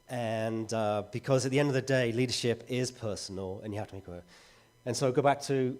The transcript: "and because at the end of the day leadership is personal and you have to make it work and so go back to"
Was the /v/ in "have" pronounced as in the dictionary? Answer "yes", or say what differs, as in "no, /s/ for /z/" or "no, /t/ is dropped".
no, /f/ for /v/